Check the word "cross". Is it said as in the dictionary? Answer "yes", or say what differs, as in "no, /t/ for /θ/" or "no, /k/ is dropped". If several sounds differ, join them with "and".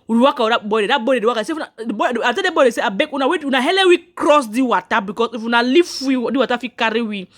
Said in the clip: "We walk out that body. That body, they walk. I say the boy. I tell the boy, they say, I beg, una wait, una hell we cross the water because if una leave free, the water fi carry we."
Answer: yes